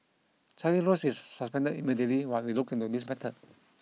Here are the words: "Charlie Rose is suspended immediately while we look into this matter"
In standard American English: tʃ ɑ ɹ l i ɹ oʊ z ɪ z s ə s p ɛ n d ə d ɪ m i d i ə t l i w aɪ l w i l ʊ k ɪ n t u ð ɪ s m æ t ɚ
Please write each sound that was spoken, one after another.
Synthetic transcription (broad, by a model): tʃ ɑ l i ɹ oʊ s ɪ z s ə s p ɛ n d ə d ɪ m i d i ə t l i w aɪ w i l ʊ k ɪ n t u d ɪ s m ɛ t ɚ